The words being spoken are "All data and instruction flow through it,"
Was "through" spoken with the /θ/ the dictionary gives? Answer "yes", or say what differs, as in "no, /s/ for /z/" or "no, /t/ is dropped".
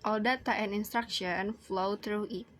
no, /t/ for /θ/